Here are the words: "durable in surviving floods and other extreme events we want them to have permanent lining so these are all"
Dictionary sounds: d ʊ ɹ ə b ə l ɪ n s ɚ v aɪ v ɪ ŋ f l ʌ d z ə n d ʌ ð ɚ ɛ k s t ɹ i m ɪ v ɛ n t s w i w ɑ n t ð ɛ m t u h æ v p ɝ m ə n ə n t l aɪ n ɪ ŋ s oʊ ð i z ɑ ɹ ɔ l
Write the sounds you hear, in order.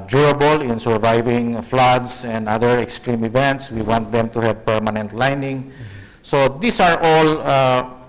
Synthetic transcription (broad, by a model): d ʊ ɹ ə b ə l ɪ n s ɚ v aɪ v ɪ ŋ f l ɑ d s ə n d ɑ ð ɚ ɛ k s t ɹ i m ɪ v ɛ n t s w i w ɑ n t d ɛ m t u h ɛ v p ɝ m ə n ə n t l aɪ n ɪ ŋ s oʊ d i s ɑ ɹ ɔ l